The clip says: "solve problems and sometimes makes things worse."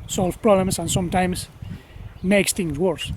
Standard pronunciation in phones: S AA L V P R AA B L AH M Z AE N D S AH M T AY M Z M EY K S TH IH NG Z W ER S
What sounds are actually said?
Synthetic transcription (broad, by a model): S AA L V P R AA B L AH M S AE N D S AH M T AY M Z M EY K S T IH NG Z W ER S